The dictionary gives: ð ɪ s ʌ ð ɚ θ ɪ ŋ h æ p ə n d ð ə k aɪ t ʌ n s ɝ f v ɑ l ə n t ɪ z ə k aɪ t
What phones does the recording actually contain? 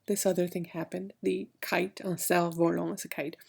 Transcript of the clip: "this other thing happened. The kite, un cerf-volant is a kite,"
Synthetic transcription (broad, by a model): ð ɪ s ʌ ð ɚ θ ɪ ŋ h æ p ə n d ð ə k aɪ t ʌ n s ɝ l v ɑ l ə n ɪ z ə k aɪ t